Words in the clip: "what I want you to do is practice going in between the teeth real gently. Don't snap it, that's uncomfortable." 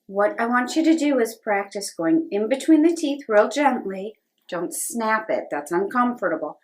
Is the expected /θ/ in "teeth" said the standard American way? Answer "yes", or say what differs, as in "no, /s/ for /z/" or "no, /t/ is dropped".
yes